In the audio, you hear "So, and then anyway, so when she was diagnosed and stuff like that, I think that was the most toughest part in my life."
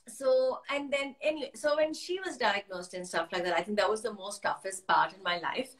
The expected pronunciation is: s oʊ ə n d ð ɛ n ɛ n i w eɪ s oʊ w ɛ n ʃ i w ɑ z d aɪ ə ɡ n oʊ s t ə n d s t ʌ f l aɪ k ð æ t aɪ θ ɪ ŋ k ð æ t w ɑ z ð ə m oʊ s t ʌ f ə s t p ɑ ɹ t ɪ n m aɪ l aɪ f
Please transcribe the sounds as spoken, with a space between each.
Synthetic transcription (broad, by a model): s oʊ ə n d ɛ n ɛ n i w eɪ s oʊ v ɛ n ʃ i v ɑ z d aɪ ə ɡ n oʊ s t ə n s t ʌ f l aɪ k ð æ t aɪ t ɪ ŋ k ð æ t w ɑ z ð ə m oʊ s t ʌ f ə s t p ɑ ɹ t ɪ n m aɪ l aɪ f